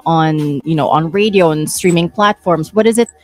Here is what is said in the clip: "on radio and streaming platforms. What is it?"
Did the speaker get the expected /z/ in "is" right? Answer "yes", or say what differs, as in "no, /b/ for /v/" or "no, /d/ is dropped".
yes